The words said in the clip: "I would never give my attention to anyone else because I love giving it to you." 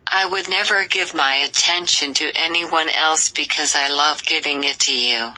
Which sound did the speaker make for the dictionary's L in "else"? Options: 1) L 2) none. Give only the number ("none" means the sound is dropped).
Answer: 1